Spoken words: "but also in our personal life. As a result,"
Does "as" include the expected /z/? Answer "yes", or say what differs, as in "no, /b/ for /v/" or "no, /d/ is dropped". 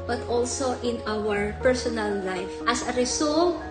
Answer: no, /s/ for /z/